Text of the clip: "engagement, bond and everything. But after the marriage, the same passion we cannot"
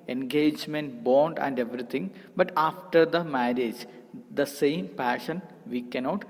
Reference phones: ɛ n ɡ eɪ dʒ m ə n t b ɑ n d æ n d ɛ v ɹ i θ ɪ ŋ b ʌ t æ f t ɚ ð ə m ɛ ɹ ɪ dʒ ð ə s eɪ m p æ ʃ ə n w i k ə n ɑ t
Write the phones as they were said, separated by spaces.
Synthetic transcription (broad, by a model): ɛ n ɡ eɪ dʒ m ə n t b ɑ n d æ n d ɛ v ɹ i t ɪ ŋ b ʌ t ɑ f t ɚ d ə m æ ɹ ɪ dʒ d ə s eɪ m p æ ʃ ə n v i k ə n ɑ t